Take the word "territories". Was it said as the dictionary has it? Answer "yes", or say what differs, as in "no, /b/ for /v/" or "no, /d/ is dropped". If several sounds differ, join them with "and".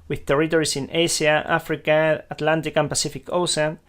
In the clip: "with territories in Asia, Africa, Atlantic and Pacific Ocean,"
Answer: no, /s/ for /z/